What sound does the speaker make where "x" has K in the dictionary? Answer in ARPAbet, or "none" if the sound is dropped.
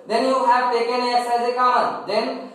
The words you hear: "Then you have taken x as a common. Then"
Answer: none